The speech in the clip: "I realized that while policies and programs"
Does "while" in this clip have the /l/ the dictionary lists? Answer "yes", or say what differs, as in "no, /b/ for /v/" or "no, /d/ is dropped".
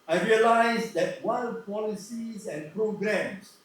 no, /n/ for /l/